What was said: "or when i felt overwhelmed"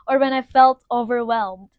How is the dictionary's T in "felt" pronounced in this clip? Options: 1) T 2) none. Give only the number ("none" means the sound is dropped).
1